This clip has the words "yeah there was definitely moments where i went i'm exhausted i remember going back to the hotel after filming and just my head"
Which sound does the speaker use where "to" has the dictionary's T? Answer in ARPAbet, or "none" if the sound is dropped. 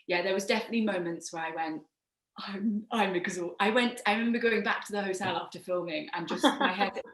T